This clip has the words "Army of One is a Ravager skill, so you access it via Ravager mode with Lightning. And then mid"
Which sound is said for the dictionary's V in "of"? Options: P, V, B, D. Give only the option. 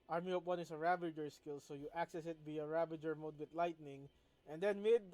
P